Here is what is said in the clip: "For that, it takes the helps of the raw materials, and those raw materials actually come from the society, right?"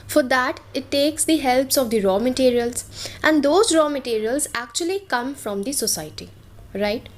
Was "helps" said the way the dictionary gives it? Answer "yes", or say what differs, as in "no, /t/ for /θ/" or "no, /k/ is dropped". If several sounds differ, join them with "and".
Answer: yes